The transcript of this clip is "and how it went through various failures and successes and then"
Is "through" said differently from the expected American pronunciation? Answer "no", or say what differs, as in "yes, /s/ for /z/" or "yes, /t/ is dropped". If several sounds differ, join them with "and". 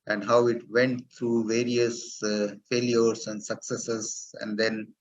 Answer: yes, /t/ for /θ/